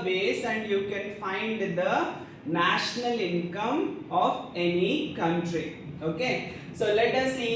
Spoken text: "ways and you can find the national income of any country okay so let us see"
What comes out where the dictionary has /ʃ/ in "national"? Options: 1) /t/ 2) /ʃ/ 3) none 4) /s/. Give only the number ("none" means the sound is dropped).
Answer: 2